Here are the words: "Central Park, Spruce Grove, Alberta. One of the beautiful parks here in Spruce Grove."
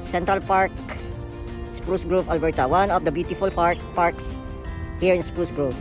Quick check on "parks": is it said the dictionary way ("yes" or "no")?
yes